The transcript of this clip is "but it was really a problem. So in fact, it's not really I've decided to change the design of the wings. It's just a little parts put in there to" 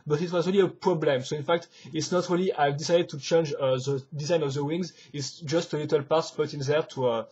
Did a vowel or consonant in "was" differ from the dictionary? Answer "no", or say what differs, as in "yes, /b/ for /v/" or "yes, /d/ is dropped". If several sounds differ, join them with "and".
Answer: no